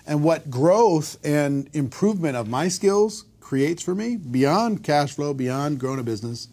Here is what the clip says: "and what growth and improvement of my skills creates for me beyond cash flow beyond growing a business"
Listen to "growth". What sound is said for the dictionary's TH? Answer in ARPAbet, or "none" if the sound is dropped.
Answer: TH